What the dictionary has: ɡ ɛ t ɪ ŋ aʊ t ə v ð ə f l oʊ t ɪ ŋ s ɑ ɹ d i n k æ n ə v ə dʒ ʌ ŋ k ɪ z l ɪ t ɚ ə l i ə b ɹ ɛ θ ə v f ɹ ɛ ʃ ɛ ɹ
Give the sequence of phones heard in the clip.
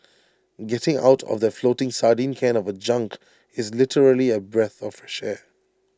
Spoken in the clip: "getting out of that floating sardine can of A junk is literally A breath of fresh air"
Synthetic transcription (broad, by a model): ɡ ɛ t ɪ ŋ aʊ t ə v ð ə f l oʊ t ɪ ŋ s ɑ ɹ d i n k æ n ə v ə dʒ ʌ ŋ k ɪ z l ɪ t ɚ ə l i ə b ɹ ɛ θ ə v f ɹ ɛ ʃ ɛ